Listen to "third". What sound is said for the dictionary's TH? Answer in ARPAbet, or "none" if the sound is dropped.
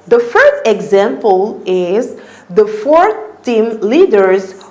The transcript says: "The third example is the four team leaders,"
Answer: F